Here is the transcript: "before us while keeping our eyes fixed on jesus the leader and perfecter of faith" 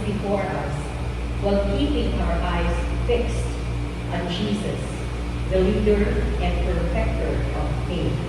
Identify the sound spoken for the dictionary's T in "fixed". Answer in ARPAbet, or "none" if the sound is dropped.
T